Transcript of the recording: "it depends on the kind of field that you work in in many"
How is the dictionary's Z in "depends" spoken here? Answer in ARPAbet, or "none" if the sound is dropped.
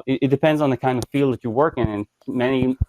Z